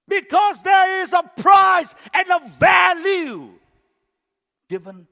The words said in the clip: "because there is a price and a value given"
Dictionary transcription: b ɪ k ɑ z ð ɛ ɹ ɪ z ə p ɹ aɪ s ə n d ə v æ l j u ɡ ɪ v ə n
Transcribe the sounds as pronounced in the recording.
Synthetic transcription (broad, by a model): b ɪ k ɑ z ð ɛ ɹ ɪ z ə p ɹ aɪ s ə n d ə v æ l j u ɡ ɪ v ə n